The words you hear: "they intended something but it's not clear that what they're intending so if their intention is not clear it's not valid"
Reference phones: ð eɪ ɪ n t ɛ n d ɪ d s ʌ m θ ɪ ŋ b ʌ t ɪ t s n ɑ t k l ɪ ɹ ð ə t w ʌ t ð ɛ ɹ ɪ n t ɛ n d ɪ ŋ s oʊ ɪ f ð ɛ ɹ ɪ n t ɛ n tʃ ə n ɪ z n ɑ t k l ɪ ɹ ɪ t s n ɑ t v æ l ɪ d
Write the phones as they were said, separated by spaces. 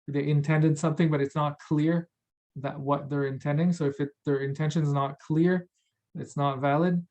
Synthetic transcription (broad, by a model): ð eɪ ɪ n t ɛ n d ɪ d s ʌ m θ ɪ ŋ b ʌ t ɪ t s n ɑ t k l ɪ ɹ ð ə t w ʌ t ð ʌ ɹ ɪ n t ɛ n d ɪ ŋ s oʊ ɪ f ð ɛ ɹ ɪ n t ɛ n ʃ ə n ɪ z n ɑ t k l ɪ ɹ ɪ t s n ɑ t v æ l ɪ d